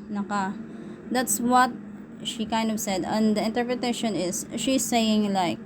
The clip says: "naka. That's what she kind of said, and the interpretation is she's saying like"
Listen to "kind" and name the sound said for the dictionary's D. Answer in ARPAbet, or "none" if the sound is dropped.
D